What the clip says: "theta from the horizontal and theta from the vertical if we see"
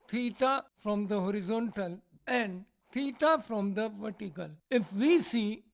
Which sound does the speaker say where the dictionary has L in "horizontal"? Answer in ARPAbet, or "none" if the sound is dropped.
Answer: L